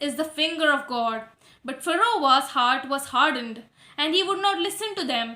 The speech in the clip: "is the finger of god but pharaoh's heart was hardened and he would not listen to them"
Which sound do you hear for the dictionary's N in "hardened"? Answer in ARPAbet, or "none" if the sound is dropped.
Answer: N